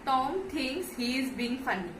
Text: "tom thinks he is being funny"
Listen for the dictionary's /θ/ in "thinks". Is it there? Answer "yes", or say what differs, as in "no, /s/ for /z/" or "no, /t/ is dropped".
no, /t/ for /θ/